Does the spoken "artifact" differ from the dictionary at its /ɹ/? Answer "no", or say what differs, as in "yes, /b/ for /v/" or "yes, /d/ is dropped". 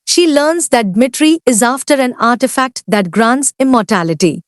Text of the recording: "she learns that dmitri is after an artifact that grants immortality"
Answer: no